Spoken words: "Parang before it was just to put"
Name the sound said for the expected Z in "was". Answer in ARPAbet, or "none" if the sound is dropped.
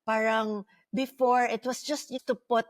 S